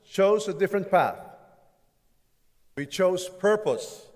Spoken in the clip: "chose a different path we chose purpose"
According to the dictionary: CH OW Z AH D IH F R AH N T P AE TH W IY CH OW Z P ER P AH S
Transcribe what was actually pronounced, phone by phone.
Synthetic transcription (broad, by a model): CH OW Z AH D IH F R AH N T P AE TH W IY CH OW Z P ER P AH S